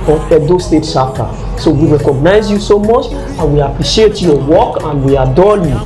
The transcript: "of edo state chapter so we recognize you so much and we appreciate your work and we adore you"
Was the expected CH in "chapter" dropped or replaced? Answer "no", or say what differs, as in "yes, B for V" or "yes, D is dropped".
yes, SH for CH